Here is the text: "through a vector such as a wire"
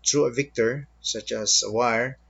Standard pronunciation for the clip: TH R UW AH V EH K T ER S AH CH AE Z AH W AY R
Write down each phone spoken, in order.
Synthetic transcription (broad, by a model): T R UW AH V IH K T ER S AH CH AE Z AH W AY R